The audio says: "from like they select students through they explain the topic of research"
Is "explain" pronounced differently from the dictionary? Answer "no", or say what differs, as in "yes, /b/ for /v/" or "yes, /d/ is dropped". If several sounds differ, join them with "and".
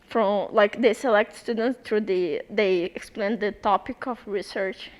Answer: no